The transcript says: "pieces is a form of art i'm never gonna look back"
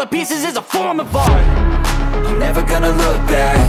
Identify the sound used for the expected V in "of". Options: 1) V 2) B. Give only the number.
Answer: 2